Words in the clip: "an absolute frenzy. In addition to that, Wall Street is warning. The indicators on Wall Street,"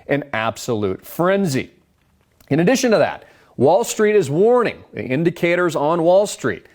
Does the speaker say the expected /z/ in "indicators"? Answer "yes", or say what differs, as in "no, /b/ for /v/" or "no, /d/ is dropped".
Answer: yes